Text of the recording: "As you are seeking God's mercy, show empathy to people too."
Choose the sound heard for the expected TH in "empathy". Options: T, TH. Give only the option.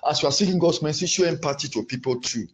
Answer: T